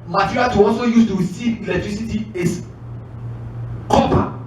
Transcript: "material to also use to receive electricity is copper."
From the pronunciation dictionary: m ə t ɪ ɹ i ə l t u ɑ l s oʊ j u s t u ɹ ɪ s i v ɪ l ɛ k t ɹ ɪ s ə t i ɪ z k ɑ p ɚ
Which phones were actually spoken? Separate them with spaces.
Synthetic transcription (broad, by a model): m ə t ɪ ɹ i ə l t u ɑ l s oʊ j u s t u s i ɪ l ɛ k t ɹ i s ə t i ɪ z k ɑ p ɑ